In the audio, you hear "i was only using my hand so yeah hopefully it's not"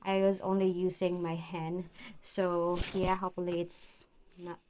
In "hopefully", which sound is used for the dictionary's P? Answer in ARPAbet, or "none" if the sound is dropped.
none